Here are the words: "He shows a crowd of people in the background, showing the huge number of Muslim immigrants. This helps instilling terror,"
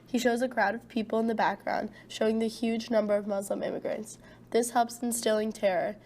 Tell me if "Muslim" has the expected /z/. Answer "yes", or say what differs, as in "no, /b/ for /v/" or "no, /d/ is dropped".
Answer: yes